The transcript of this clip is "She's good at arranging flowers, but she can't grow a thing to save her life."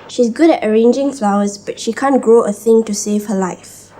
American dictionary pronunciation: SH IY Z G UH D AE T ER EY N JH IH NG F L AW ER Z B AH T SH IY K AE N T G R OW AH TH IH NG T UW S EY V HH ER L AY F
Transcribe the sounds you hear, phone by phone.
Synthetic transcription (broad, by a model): SH IY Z G UH D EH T ER EY N JH IH NG F L AW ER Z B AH T SH IY K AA N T G OW AH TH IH NG T UW S EY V HH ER L AY F